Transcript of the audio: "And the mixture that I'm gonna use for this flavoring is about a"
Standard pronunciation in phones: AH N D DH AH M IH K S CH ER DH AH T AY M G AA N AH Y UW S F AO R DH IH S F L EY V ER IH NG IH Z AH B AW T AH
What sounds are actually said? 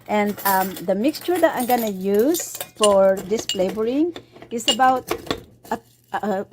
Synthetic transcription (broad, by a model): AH N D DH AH M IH K S CH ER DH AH T AY M G AA N AH Y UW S F AO R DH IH S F L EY B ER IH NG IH S AH B AW T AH